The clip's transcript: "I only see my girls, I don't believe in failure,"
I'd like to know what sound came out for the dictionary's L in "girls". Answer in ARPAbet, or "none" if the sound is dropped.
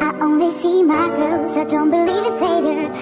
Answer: none